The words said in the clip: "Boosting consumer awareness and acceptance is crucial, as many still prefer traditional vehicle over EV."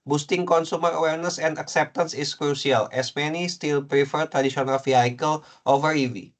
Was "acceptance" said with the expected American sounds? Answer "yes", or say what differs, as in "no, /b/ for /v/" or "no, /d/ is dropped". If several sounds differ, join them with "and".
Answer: yes